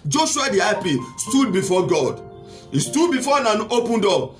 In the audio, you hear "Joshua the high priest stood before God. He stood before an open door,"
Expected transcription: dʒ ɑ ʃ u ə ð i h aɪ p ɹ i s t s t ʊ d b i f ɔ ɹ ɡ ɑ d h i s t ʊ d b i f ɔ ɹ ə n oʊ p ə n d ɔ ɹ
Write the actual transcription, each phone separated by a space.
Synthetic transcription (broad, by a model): dʒ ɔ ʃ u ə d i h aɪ p i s s t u d b i f ɔ ɡ ɑ d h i s t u d b i f ɔ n ə n oʊ p ə n d ɔ